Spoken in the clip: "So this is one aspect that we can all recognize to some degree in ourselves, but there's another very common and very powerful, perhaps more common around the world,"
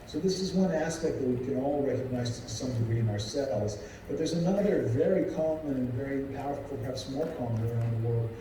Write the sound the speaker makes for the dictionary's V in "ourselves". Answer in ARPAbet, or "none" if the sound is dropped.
none